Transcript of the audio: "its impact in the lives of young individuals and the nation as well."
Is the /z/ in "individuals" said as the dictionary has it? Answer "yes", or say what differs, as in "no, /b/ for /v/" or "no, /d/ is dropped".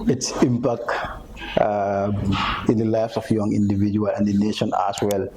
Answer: no, /z/ is dropped